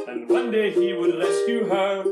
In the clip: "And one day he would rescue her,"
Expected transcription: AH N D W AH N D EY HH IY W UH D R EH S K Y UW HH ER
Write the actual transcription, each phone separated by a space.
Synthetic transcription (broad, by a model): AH N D W AH N D EY HH IY W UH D L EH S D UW HH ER